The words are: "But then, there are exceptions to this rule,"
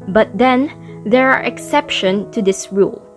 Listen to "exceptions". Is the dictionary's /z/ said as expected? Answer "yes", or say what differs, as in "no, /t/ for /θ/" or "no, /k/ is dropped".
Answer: no, /z/ is dropped